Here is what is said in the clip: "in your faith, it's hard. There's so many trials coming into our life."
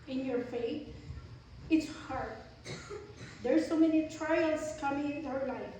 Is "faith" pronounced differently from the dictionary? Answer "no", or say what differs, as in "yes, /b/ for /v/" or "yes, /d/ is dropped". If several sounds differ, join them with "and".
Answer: yes, /t/ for /θ/